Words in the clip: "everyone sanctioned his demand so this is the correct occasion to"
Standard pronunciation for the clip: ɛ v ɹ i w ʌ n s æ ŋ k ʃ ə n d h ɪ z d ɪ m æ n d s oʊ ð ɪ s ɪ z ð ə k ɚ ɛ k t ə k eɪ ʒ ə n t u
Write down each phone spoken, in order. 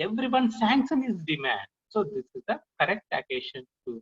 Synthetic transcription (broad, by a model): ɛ v ɹ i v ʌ n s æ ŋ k s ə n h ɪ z d ɪ m æ n d s oʊ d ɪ s ɪ z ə k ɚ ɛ k t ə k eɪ ʃ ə n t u